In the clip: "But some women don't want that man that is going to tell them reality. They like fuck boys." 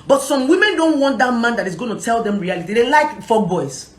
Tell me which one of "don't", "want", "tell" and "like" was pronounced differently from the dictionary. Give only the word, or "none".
none